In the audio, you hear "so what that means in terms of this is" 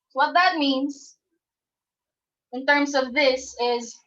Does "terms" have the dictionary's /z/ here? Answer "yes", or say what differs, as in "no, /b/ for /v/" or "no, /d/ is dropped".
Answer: yes